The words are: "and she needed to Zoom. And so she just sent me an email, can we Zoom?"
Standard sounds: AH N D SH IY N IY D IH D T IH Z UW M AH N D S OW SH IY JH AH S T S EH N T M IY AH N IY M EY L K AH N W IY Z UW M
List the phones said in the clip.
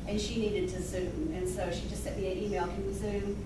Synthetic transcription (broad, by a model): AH N SH IY N IY D IH D T IH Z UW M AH N S OW SH IY JH AH S T S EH T M IY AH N IY M EY L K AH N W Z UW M